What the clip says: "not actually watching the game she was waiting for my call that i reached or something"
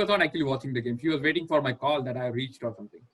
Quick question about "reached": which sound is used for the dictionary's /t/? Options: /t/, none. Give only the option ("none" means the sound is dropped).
/t/